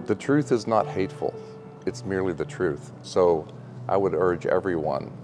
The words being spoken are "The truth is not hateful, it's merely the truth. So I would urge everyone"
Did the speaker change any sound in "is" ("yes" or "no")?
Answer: no